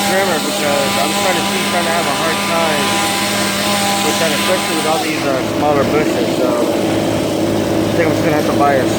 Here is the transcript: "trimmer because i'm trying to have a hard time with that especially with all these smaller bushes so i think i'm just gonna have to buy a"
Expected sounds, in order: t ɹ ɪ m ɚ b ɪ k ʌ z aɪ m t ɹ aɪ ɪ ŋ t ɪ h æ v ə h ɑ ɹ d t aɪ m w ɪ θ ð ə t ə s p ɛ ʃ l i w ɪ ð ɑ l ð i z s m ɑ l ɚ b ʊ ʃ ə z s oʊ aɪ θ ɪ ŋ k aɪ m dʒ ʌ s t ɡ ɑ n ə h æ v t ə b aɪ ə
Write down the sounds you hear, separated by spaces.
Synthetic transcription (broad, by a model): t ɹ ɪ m ɚ b ɪ k ʌ z aɪ m t ɹ aɪ ɪ ŋ t ɪ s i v ə h ɑ ɹ d t aɪ m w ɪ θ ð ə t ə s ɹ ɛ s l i w ɪ ð ɑ l ð i z s m ɑ l ɚ b ʊ ʃ ə z s oʊ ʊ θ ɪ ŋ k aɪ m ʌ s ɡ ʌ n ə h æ f t ə b aɪ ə